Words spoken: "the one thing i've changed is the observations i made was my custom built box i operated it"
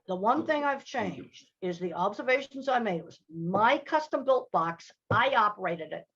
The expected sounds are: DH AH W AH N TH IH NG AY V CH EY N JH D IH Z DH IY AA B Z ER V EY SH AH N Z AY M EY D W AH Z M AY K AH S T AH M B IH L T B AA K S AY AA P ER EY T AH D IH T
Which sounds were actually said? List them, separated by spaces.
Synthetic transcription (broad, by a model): DH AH W AH N TH IH NG AY V CH EY N JH D IH Z DH IY AA B Z ER V EY SH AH N Z AY M EY D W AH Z M AY K AH S T AH M B IH L T B AA K S AY AA P ER EY T AH D IH T